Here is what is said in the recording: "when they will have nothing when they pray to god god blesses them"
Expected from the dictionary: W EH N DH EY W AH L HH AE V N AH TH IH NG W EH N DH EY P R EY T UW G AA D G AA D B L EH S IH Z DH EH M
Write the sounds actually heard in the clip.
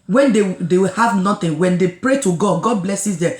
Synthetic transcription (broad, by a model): W EH N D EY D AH W HH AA V N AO T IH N W EH N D EY P R EY T UW G AA D G AA D B L EH S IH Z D EH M